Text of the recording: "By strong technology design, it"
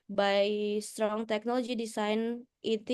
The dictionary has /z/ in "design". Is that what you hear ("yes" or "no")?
no